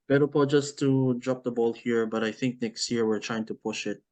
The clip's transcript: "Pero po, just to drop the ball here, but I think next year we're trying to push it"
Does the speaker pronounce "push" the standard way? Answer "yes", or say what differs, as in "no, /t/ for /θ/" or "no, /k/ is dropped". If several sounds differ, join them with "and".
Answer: yes